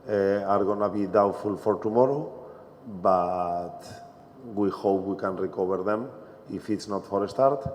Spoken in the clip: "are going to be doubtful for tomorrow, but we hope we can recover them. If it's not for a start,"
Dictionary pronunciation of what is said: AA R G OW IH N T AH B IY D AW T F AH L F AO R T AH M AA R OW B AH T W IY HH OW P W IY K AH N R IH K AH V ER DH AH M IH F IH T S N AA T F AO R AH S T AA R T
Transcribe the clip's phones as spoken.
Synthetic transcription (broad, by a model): AA R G OW N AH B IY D AW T F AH L F AO R T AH M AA R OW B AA T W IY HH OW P W IY K AH N R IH K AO B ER DH AH M IH F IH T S N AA T F AO R AH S T AA R T